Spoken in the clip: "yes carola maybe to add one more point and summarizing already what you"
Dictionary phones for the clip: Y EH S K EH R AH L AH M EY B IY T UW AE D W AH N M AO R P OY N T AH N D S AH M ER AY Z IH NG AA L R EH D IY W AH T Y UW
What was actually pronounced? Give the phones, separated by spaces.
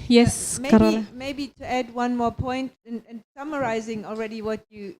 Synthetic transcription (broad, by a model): Y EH S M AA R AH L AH M EY B IY T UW AE D W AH N M AO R P OY N T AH N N S AH M ER AY Z IH NG AA L R EH D IY W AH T Y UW